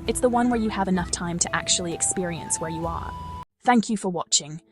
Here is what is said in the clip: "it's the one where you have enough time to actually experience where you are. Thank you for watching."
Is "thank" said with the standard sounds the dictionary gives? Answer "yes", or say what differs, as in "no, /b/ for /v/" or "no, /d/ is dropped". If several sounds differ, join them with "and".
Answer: yes